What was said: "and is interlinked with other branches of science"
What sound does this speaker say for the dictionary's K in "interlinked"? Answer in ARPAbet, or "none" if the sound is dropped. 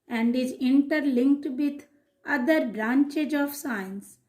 K